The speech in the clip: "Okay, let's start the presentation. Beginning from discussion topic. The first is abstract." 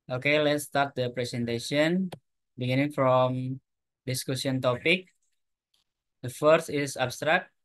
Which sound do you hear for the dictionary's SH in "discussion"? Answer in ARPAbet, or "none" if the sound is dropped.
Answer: S